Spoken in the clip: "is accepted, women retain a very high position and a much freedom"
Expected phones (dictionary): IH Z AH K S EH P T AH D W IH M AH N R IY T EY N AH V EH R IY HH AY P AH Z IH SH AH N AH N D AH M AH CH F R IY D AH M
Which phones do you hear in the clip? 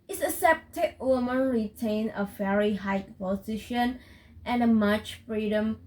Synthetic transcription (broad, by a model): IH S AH S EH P T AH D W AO M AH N R IY T EY N AH V EH R IY HH AY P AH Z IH SH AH N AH N AH M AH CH F R IY D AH M